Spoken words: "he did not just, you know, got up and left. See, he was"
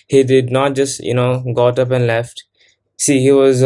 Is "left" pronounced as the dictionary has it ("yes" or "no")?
yes